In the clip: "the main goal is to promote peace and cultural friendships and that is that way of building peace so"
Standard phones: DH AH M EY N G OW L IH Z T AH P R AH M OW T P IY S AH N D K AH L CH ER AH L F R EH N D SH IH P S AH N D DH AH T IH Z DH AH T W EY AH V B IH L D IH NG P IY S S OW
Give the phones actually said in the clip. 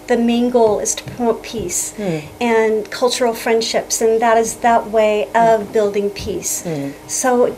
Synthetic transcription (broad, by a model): DH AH M EY N G OW L IH Z T AH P AH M P IY S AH N K AH L CH ER L F R EH N D SH IH P S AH N DH AH T IH Z DH AH T W EY AH V B IH L D IH NG P IY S S OW